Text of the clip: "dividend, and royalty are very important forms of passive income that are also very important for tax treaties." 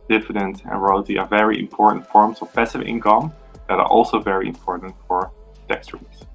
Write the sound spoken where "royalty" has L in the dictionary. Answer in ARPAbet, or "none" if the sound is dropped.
none